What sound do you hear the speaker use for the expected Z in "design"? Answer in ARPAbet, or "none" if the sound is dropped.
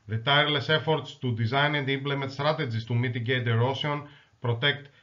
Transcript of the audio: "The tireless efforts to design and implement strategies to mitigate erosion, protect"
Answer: Z